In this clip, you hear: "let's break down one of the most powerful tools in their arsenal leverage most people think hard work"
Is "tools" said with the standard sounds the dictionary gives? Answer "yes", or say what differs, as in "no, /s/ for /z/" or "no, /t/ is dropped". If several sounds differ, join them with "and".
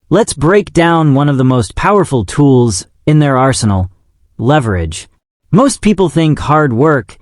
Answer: yes